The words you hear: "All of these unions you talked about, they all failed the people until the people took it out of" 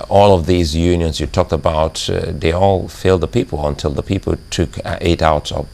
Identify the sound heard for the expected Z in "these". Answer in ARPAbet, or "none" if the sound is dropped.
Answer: Z